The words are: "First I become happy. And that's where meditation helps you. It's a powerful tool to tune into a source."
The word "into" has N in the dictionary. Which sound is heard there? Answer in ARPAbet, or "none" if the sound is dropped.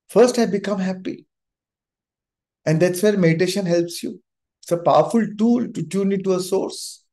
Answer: none